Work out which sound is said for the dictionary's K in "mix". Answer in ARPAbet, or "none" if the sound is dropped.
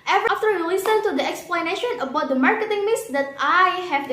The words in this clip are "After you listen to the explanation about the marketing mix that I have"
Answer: none